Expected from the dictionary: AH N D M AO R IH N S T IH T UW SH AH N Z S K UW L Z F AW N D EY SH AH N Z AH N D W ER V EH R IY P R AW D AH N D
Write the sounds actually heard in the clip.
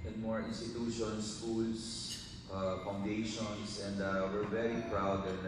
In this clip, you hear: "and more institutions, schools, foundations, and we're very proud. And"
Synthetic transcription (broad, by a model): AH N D M AO R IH N S T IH T UW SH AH N S K UW L S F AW N D EY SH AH N S AH N D W ER V EH R IY P R AW D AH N